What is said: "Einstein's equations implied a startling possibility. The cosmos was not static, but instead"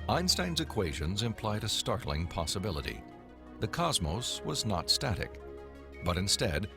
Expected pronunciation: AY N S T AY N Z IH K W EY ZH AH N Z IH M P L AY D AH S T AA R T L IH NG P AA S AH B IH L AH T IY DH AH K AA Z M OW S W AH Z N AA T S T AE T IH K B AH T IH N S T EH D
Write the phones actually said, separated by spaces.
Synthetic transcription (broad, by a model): AY N S T AY N Z IH K W EY ZH AH N Z IH M P L AY D AH S T AA R T L IH NG P AA S AH B IH L AH T IY DH AH K AA Z M OW S W AH Z N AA T S T AE T IH K B AH T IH N S T EH D